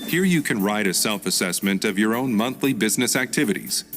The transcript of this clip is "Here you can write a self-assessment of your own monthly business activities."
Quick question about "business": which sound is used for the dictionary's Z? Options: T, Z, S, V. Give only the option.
Z